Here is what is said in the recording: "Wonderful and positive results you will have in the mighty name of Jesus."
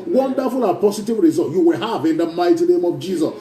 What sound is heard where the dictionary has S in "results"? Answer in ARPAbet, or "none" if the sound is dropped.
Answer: none